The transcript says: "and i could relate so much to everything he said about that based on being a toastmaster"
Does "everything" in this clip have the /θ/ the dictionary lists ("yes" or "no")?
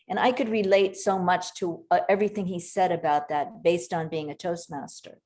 yes